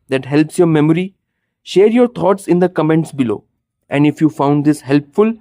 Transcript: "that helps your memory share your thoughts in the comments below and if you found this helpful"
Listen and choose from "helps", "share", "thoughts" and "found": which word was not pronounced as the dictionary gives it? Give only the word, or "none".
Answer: thoughts